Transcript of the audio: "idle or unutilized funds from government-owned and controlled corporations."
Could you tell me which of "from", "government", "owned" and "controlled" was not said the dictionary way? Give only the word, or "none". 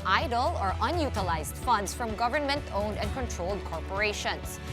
none